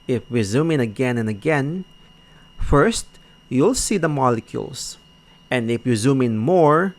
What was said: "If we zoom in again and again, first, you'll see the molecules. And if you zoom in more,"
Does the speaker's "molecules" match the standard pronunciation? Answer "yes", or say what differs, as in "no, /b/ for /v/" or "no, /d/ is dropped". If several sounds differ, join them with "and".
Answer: no, /s/ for /z/